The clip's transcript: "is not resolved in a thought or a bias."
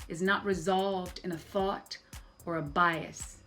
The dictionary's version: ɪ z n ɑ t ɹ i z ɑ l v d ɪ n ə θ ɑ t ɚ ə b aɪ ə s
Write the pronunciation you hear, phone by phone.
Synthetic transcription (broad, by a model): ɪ z n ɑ t ɹ i z ɑ l v d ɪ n ə θ ɑ t ɚ ə b aɪ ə s